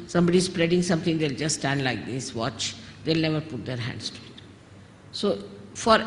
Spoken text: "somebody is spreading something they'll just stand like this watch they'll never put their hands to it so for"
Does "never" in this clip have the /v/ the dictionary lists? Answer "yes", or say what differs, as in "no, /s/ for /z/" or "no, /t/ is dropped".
yes